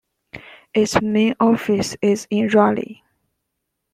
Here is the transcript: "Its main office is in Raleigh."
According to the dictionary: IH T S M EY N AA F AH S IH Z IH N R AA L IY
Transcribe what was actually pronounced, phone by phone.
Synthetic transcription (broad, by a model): IH T S M EY N AA F AH S IH Z IH N R AA L IY